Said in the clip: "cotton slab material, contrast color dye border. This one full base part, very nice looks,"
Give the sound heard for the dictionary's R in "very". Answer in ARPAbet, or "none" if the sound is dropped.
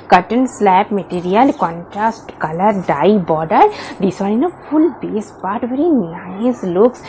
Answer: R